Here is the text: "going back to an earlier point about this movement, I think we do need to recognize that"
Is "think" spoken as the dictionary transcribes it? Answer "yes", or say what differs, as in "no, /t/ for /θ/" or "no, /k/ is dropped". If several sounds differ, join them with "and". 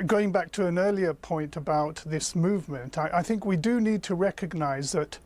yes